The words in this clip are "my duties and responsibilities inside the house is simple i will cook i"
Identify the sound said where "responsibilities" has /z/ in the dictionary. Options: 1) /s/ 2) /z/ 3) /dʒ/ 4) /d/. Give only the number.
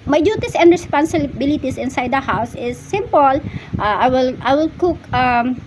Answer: 1